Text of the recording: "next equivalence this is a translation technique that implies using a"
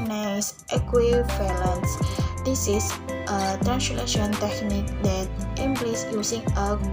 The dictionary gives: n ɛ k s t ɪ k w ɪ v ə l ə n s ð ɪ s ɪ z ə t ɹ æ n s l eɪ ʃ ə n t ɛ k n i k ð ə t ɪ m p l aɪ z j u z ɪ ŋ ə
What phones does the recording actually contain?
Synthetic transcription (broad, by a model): n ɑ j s t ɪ k w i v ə l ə n s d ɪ s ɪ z ə t ɹ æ n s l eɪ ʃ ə n t ɛ k n i k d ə t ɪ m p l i s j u s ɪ ŋ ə